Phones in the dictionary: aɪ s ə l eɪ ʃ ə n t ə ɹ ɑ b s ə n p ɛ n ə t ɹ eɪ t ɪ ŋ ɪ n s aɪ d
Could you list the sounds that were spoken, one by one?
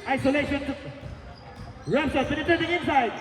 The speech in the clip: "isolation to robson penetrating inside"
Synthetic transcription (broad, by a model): aɪ s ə l eɪ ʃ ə n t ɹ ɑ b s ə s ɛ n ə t eɪ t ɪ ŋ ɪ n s aɪ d